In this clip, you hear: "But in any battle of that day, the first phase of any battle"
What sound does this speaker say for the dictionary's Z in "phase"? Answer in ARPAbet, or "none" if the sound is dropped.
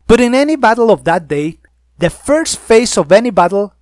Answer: S